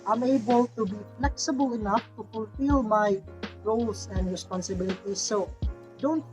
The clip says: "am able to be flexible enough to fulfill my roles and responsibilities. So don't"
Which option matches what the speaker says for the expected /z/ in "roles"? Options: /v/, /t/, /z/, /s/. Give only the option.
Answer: /s/